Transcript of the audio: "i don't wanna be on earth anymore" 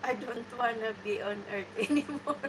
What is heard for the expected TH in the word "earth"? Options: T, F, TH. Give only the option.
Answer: T